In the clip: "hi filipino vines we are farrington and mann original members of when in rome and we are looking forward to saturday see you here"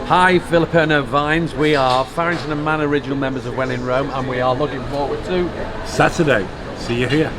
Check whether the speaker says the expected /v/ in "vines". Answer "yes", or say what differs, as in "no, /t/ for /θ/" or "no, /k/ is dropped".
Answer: yes